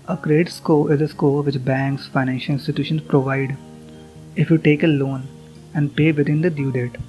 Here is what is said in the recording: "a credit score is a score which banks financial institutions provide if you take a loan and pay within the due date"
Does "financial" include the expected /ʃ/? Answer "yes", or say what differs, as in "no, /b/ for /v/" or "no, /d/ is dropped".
yes